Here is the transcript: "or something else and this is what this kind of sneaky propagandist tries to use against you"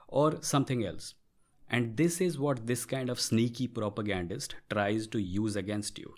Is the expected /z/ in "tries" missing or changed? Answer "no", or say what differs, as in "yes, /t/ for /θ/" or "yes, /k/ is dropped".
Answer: no